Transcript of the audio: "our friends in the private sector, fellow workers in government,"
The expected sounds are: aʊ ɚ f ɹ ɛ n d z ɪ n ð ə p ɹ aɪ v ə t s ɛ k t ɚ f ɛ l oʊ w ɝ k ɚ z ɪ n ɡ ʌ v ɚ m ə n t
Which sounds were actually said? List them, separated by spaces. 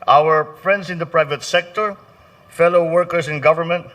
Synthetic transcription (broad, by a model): aʊ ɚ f ɹ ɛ n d s ɪ n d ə p ɹ aɪ v ə t s ɛ k t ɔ f ɛ l oʊ w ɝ k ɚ s ɪ n ɡ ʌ v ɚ m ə n t